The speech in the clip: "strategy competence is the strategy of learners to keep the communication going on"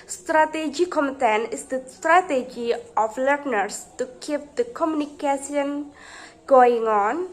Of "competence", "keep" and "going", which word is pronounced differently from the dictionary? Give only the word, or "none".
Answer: competence